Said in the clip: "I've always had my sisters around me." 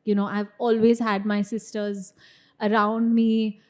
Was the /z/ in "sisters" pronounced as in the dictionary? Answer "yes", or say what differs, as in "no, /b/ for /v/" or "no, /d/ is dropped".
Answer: yes